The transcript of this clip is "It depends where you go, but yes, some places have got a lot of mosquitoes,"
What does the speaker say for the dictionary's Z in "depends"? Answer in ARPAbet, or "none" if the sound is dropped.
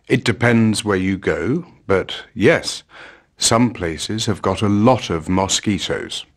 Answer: Z